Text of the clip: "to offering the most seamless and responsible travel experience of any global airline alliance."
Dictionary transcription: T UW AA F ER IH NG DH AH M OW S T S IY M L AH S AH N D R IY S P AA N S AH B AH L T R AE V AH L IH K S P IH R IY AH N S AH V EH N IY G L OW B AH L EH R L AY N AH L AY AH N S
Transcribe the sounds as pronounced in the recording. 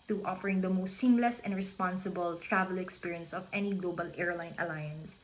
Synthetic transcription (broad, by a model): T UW AA F ER IH NG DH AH M OW S T S IY M L AH S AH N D R IY S P AA N S AH B AH L T R AE V AH L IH K S P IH R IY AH N S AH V EH N IY G L OW B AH L EH R L AY N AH L AY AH N S